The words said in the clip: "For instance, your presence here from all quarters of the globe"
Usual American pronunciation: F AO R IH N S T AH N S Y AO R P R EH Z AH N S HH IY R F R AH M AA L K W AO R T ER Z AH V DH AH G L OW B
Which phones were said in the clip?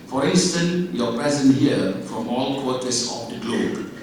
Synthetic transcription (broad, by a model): F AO R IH N S T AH N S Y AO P EH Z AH N HH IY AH F R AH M AA L K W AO T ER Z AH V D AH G L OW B